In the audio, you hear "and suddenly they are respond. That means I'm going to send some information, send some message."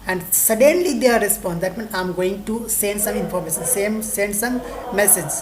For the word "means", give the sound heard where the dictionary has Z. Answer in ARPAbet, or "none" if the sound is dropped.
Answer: none